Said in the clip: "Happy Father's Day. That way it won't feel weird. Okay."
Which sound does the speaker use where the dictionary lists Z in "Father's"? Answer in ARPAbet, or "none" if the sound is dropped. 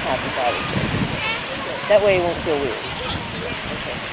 none